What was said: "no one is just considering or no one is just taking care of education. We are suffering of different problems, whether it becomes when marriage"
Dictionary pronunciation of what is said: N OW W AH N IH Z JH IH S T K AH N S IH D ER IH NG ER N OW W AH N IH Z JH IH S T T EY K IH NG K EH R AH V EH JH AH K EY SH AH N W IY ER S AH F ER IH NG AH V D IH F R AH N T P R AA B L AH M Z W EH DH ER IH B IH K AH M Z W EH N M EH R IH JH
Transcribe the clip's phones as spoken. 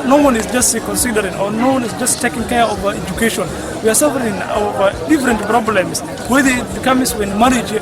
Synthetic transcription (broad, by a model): N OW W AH N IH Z JH IH S T K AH N S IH D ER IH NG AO N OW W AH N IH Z JH IH S T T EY K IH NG K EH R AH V EH JH AH K EY SH AH N W IY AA S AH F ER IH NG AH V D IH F R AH N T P R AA B L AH M S W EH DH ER IH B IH K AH M S W EH N M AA R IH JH